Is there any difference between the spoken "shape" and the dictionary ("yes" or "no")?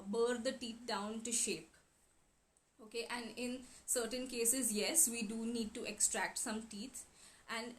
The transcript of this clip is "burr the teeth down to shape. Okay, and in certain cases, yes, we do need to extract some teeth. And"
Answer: no